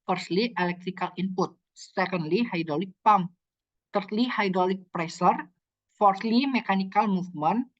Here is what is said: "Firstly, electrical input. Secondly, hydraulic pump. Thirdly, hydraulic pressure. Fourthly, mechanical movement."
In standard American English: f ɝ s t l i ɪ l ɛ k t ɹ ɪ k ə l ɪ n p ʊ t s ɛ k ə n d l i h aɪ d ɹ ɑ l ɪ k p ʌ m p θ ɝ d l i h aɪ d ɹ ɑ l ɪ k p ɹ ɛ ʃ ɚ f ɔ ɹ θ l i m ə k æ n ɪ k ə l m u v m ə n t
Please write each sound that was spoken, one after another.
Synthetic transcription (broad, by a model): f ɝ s l i ɪ l ɛ k t ɹ ɪ k ə l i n p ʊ t s ɛ k ə n d l i h aɪ d ɹ ɑ l ɪ k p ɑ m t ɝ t l i h aɪ d ɹ ɑ l ɪ k p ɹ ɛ s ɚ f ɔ ɹ t l i m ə k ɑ n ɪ k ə l m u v m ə n